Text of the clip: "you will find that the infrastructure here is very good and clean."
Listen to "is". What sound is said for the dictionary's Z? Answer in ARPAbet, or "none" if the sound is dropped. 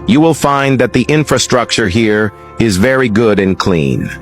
Z